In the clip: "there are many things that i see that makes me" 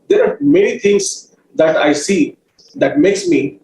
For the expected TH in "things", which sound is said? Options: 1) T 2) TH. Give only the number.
1